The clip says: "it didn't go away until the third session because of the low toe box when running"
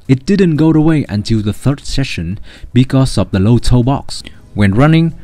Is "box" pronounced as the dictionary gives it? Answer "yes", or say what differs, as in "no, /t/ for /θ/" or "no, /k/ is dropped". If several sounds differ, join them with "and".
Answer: yes